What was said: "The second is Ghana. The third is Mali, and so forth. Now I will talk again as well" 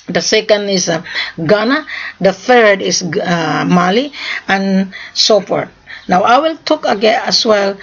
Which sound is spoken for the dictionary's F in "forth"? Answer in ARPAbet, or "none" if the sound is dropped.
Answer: P